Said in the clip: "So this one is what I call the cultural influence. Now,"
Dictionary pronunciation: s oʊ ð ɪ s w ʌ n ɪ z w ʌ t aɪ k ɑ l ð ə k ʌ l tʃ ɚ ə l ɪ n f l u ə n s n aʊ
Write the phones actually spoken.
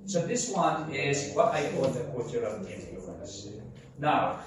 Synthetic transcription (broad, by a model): s oʊ ð ɪ s w ʌ n ɪ z w ʌ t aɪ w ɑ n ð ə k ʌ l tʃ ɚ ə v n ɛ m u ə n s n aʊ